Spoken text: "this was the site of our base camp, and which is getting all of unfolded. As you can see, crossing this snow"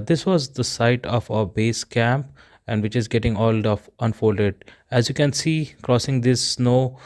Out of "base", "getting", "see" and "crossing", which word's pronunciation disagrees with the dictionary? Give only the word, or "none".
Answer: none